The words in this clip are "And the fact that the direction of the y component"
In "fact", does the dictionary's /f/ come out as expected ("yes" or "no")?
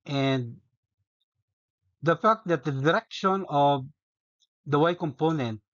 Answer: yes